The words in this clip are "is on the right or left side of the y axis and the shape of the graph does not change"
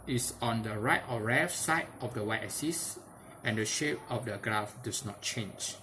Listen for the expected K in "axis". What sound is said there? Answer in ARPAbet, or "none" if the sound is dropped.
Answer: none